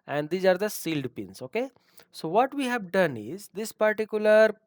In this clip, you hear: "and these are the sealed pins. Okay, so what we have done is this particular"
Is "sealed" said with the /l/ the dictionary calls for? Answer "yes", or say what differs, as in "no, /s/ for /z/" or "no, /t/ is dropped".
yes